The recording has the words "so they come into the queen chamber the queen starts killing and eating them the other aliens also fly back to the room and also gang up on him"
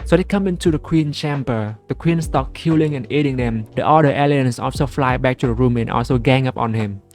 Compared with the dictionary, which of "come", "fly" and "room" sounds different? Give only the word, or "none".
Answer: none